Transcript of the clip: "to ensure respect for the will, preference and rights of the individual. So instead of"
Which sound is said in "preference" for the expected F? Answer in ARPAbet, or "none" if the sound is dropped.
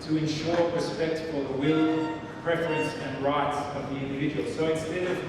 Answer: F